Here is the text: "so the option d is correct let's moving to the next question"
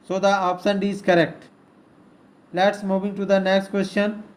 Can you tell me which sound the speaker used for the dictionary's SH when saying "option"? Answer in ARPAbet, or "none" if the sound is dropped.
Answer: S